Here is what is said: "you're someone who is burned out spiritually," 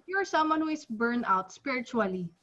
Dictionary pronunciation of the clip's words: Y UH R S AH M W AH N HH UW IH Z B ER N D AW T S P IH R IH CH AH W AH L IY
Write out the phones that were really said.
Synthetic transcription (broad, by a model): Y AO R S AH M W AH N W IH S B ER N AW T S P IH R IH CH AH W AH L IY